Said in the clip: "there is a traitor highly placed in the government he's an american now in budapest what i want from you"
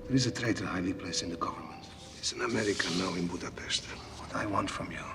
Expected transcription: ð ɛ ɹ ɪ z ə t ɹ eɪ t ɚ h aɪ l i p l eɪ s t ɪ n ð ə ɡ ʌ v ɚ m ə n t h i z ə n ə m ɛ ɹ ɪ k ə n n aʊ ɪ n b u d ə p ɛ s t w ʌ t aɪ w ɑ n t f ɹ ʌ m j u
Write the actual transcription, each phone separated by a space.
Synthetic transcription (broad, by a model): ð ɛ ɹ ɪ z ə t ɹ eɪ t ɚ h aɪ l i p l eɪ s ɪ n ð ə ɡ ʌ v ɚ m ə n t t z ə n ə m ɛ ɹ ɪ k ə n n aʊ ɪ n b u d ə p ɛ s t w ʌ t aɪ w ɑ n t f ɹ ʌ m j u